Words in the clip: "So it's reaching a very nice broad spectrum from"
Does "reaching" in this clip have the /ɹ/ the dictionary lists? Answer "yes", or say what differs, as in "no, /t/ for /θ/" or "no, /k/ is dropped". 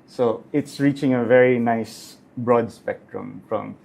yes